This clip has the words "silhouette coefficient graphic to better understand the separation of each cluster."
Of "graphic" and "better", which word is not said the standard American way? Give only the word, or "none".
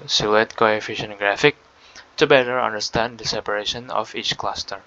none